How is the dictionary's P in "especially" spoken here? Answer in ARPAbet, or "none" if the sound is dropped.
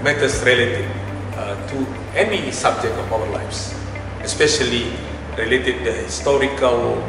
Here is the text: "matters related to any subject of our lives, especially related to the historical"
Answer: P